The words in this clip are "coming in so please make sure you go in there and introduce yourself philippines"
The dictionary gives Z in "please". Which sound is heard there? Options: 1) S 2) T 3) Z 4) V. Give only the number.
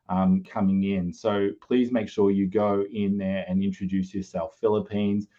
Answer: 3